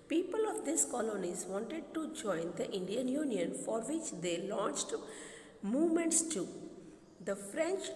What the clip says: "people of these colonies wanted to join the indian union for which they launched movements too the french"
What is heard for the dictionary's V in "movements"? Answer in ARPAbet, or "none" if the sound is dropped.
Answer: V